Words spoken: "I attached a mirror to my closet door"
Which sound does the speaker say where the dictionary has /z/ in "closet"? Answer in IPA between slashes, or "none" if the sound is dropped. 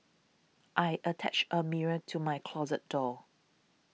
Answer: /z/